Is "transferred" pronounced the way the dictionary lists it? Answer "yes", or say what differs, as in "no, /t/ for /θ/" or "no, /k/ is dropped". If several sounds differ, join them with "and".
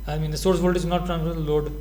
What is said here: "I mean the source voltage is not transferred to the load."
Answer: no, /s/ is dropped